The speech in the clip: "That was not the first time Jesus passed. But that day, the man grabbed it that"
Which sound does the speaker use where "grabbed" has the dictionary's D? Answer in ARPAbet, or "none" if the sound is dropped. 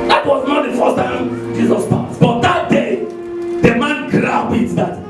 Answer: none